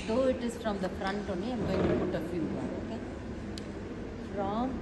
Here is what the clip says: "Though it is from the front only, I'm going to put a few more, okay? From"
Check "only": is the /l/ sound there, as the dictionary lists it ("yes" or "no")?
no